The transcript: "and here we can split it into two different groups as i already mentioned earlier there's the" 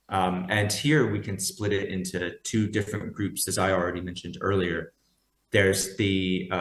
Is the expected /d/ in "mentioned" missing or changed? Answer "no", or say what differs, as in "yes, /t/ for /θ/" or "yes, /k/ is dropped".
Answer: no